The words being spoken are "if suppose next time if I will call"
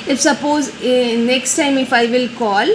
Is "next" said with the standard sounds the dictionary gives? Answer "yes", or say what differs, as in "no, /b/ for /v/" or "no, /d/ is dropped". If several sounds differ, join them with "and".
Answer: yes